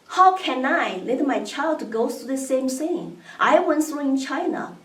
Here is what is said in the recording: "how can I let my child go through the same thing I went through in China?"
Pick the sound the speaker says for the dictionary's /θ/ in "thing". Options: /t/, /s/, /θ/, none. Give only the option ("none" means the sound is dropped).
/s/